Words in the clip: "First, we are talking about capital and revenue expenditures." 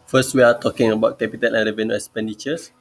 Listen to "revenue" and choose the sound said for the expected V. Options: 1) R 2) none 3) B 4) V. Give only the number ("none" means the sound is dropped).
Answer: 4